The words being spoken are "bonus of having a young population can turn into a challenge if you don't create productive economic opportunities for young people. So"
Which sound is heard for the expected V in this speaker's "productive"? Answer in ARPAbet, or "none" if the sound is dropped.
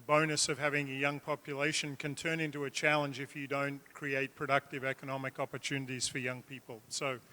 V